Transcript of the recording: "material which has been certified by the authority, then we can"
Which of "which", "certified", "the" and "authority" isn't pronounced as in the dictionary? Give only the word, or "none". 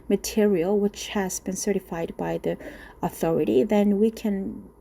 none